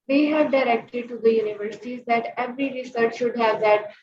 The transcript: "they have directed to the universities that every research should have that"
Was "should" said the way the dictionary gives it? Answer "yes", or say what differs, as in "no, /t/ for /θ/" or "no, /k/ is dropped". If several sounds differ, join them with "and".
yes